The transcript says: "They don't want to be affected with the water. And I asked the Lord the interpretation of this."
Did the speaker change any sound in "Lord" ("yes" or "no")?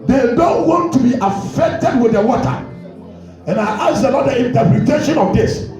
yes